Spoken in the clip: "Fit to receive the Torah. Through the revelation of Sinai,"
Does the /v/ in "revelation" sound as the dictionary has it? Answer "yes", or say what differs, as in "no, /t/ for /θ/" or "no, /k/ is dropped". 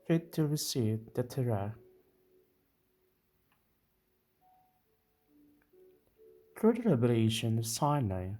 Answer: no, /b/ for /v/